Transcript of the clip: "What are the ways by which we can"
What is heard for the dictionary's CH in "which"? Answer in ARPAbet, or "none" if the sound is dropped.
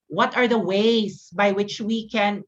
CH